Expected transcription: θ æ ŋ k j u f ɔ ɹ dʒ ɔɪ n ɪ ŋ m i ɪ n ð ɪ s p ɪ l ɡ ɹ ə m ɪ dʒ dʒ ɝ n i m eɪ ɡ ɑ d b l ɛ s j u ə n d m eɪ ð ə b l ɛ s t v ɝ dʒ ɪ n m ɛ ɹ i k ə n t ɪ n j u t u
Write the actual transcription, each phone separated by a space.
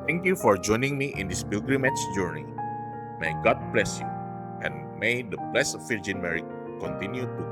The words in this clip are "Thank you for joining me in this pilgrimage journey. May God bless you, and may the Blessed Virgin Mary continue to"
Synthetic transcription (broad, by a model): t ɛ ŋ k j u f ɔ ɹ dʒ ɔɪ n ɪ ŋ m i ɪ n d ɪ s b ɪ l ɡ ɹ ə m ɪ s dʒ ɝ n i m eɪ ɡ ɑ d b l ɛ s j u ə n m eɪ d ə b l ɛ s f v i dʒ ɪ n m ɛ ɹ i k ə n t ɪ n j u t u